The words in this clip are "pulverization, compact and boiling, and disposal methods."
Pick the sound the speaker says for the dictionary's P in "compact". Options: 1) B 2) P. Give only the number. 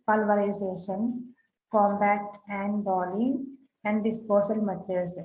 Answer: 1